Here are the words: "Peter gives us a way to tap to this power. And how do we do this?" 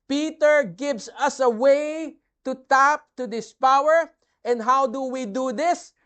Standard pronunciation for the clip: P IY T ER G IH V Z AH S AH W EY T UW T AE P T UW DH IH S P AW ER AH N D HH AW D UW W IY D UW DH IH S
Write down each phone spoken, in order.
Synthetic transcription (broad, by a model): P IY T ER G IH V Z AH S AH W EY T UW T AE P T UW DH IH S P AW ER AH N D HH AW D UW W IY D UW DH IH S